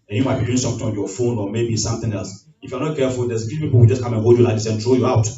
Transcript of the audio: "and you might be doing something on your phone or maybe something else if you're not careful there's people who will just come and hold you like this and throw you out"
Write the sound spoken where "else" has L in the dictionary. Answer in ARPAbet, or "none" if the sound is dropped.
L